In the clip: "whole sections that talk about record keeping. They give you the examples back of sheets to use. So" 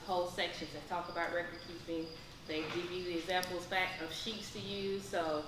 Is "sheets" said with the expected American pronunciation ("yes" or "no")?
yes